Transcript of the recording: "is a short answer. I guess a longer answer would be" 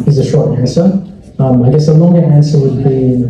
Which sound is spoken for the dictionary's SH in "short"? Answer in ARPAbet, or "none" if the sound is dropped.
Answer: SH